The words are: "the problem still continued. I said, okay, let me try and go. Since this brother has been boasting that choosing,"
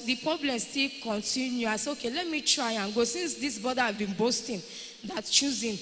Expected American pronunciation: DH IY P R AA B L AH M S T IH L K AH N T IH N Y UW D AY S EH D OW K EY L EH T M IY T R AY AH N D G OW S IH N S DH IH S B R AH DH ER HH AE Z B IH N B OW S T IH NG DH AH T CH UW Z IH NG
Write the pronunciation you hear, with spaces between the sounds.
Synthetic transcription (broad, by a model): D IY P R AA B L AH M S T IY L K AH N T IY N Y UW AY S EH OW K EY L EH T M IY T R AY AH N G OW S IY N S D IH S B R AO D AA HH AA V B IH N B OW S T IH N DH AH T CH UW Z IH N